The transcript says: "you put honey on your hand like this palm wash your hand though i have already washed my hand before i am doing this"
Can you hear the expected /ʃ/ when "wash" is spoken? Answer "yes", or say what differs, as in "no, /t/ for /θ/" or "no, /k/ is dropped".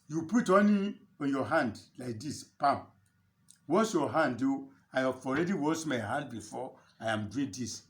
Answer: no, /s/ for /ʃ/